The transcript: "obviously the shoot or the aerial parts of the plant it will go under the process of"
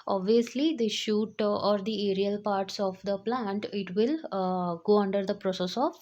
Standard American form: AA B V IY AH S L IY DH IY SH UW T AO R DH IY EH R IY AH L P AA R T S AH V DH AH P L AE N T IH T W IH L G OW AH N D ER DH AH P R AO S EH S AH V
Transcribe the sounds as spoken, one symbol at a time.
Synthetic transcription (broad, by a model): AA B V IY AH S L IY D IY SH UW T AO R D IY EH R IY AH L P AA R T S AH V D AH P L AE N T IH T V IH L G OW AH N D ER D AH P R AO S EH S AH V